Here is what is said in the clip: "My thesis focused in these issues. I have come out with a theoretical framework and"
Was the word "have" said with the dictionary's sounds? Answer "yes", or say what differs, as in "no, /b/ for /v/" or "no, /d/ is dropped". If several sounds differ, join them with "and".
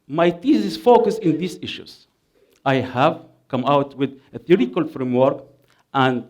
yes